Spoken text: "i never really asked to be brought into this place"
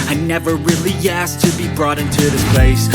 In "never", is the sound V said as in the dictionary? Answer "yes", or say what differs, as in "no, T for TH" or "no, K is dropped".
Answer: yes